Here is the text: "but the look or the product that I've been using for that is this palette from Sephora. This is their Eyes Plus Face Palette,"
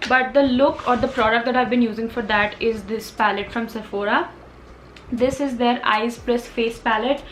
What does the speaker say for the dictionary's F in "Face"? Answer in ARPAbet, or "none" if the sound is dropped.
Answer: F